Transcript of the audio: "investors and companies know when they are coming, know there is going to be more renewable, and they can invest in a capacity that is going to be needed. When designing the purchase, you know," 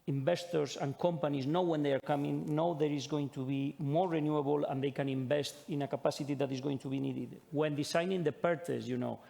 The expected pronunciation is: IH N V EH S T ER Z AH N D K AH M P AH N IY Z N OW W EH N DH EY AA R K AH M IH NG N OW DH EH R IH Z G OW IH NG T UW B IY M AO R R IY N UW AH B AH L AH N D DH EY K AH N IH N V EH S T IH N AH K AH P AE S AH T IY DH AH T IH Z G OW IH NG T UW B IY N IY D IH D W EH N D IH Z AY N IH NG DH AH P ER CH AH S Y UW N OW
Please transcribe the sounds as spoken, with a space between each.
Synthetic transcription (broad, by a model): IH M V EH S T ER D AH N K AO M P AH N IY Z N OW W EH N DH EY AA R K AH M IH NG N OW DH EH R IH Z G OW IH NG T UW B IY M AO R R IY N UW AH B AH L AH N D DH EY K AH N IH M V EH S T IH N AH K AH P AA S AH T IY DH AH T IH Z G OW IH NG T UW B IY N IY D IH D W EH N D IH S AY N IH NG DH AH P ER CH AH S Y UW N OW